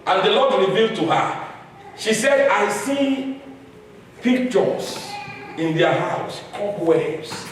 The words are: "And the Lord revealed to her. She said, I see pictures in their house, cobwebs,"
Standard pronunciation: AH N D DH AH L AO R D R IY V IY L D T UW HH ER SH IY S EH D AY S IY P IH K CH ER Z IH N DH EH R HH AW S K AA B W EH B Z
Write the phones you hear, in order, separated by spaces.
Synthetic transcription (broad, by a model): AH N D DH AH L AO D R IY V IY L D T UW HH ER SH IY S EH D AY S IY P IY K CH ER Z IH N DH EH HH AW S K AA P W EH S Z